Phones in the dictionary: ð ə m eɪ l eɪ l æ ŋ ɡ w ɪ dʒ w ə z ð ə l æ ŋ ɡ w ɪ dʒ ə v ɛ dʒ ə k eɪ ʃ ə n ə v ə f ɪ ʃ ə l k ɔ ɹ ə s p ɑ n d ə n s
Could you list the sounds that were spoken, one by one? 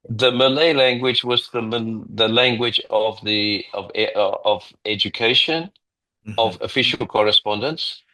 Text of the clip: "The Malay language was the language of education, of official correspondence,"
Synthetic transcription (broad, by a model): ð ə m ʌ l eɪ l æ ŋ ɡ w ɪ dʒ w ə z ð ə l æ ŋ ɡ w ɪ dʒ ə v ɛ dʒ ə k eɪ ʃ ə n ə v ə f ɪ ʃ ə l k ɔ ɹ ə s p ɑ n d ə n s